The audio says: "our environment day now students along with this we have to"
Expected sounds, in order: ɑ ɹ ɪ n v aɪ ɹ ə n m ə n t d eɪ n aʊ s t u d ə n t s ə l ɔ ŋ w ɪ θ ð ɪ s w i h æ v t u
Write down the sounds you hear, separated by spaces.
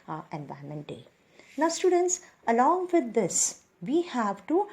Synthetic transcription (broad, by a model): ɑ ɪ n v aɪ ə m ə n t d eɪ n aʊ s t u d ə n t s ə l ɔ ŋ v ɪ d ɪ s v i h æ v t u